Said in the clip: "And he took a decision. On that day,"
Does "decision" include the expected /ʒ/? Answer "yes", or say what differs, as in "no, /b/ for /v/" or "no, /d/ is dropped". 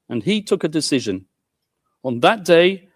yes